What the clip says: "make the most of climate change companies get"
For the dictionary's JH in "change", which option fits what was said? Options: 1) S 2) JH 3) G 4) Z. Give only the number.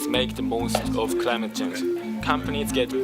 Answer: 4